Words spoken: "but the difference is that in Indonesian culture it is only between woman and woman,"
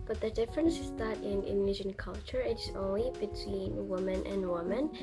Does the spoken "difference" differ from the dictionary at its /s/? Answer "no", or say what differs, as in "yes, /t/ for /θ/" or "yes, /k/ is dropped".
no